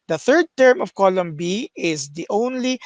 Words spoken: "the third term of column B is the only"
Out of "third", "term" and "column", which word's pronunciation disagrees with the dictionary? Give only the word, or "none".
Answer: none